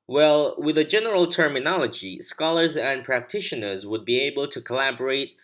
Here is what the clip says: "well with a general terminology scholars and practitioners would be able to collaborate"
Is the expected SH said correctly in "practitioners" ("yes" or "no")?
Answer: yes